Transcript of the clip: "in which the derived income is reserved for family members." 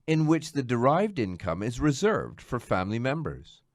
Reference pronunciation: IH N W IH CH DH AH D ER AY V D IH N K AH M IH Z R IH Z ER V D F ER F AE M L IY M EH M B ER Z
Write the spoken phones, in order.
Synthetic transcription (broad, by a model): IH N W IH CH DH AH D ER AY V D IH N K AH M IH Z R IH Z ER V D F ER F AE M L IY M EH M B ER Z